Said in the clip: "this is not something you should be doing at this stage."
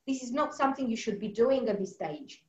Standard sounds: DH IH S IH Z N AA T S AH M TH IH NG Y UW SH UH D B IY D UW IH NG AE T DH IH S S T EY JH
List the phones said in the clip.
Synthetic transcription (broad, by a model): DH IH S IH Z N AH T S AH M TH IH NG Y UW SH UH D B IY D UW IH NG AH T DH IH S S T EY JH